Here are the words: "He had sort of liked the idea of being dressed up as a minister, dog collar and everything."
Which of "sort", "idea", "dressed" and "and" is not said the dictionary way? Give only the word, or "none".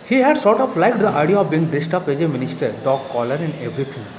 dressed